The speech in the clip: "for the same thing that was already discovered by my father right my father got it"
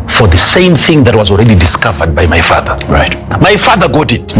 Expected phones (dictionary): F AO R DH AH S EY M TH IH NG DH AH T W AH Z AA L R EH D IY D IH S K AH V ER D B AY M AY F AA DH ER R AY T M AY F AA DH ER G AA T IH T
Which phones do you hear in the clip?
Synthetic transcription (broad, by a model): F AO R DH AH S EY M TH IH NG DH AH T W AH Z AA L R EH D IY D IH S K AH V ER D B AY M AY F AA DH ER R AY T M AY F AA DH ER G AA T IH T